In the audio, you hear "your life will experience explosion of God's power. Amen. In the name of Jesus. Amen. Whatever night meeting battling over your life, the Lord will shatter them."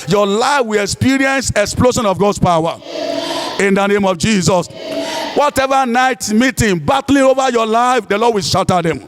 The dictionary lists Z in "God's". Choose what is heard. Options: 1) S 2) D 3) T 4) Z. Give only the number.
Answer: 1